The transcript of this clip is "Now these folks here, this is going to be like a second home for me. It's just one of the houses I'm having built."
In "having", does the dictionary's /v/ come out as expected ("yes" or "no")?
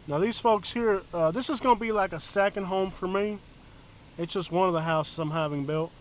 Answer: yes